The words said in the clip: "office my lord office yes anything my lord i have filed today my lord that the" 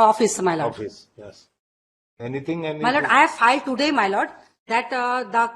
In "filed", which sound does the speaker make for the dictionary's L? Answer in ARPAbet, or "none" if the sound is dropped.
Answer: L